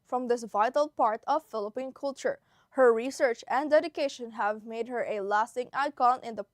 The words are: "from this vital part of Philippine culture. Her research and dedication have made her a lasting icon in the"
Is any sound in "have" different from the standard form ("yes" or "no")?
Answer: no